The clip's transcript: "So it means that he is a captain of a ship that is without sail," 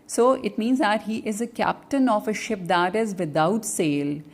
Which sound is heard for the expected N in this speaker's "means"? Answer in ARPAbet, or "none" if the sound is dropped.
N